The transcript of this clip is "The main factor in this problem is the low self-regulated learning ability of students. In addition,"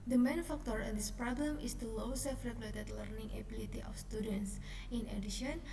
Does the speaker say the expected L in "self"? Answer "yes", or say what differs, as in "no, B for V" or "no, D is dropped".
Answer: no, L is dropped